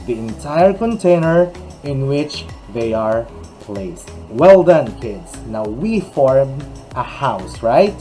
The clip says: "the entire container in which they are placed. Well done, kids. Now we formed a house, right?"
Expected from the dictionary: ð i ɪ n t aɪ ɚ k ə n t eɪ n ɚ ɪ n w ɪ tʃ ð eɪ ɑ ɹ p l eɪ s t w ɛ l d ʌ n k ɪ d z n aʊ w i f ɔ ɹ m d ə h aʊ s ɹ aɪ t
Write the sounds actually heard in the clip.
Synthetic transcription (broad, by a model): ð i ɪ n t aɪ ɚ k ə n t eɪ n ɚ ɪ n w ɪ tʃ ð eɪ ɑ ɹ p l eɪ s t w ɛ l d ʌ n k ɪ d s n aʊ w i f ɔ ɹ m ə h aʊ s ɹ aɪ t